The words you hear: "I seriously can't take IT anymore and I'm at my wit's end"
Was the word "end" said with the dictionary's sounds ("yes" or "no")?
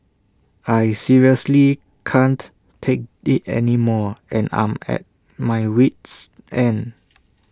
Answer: no